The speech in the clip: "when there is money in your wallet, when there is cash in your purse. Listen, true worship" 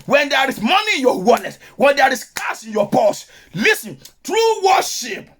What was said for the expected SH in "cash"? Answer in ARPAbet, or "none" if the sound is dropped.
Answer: S